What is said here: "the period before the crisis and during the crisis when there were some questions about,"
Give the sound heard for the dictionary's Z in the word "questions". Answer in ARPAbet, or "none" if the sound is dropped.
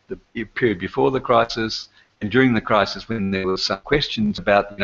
Z